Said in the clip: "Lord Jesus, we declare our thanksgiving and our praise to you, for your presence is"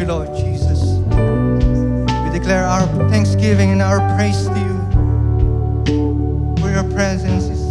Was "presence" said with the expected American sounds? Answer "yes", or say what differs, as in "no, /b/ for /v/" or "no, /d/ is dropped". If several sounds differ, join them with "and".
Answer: yes